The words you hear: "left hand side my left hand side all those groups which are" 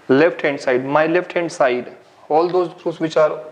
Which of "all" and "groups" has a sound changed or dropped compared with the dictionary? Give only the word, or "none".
groups